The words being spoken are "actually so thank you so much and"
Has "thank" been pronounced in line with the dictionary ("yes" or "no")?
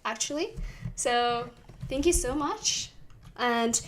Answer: yes